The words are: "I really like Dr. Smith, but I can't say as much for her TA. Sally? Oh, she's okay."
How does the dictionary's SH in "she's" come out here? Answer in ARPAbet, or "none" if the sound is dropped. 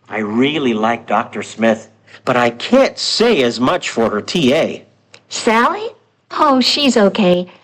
SH